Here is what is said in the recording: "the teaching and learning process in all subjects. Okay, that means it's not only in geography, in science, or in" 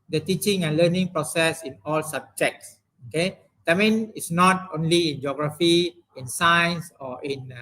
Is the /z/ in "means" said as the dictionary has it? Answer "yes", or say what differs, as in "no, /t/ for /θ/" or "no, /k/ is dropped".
no, /z/ is dropped